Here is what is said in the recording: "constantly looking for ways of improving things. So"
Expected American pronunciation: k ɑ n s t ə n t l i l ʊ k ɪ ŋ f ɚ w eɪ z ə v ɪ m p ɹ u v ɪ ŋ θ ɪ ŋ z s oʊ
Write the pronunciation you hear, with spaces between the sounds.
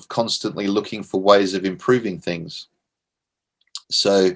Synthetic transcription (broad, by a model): k ɑ n s t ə n t l i l ʊ k ɪ ŋ f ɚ w eɪ z ə v ɪ m p ɹ u v ɪ ŋ θ ɪ ŋ z s oʊ